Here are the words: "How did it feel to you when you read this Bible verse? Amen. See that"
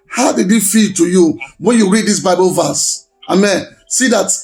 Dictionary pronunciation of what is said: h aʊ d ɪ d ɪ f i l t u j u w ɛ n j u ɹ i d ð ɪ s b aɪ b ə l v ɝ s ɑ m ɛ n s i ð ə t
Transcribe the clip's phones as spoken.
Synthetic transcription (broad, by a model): h aʊ d ɪ d ɪ f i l t u j u w ɛ n j u ɹ i d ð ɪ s b aɪ b ə l v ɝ s ɑ m ɛ n s i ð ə t